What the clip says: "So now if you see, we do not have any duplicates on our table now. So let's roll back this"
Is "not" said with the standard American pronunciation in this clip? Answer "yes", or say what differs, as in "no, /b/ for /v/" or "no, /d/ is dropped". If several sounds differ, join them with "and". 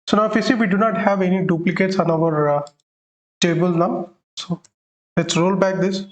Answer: yes